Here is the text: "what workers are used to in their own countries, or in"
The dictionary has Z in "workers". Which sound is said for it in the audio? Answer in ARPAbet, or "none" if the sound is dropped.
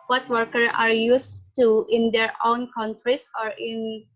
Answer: none